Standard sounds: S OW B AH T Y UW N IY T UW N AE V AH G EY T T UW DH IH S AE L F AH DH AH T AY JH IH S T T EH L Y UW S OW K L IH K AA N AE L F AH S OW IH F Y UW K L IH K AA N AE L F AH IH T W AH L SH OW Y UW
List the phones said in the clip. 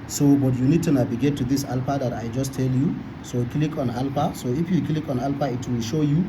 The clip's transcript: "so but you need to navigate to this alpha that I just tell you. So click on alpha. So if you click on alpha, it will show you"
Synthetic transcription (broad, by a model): S OW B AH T Y UW N IY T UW N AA B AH G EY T T UW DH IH S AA L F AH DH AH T AY JH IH S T T EH L Y UW S OW K L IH K AA N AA L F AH S OW IH F Y UW K L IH K AA N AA L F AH IH T W AH L SH OW Y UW